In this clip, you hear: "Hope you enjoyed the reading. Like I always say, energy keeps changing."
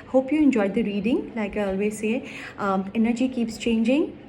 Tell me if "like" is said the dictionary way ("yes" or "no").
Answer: yes